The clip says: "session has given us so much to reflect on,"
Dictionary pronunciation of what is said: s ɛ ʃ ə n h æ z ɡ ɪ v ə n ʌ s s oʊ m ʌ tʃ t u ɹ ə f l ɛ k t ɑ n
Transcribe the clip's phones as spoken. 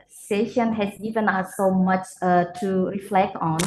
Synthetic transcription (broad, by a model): s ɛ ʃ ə n h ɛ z ɡ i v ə n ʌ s s oʊ m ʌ tʃ t u ɹ ə f l ɛ k t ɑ n